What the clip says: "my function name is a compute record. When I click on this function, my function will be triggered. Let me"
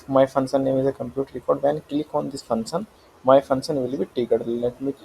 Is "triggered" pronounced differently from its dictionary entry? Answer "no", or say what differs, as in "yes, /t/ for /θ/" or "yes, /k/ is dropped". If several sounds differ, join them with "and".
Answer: yes, /ɹ/ is dropped